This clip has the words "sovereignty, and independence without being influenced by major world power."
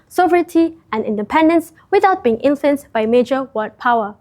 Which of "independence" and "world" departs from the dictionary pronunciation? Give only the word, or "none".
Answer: world